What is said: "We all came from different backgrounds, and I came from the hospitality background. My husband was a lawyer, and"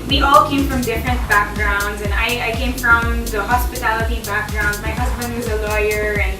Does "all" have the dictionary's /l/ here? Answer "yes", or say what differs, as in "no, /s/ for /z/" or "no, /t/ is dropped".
yes